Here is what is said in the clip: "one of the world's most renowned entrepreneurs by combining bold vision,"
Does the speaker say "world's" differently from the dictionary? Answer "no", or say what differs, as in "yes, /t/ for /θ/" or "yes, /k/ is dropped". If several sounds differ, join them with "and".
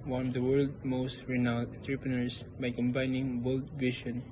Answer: yes, /z/ is dropped